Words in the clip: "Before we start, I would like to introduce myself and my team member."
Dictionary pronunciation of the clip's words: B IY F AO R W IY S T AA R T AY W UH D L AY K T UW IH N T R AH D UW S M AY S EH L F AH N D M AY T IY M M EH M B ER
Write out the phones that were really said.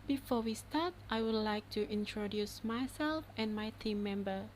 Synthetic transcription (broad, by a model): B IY F AO W IY S T AA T T AY W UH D L AY K T UW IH N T R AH D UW S M AY S EH L F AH N M AY T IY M M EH M B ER